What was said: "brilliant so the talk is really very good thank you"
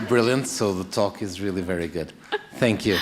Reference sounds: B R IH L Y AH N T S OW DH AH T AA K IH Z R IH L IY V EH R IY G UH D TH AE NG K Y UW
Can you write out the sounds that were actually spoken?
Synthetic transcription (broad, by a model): B R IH L Y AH N T S OW DH AH T AA K IH Z R IH L IY V EH R IY G UH D TH AE NG K Y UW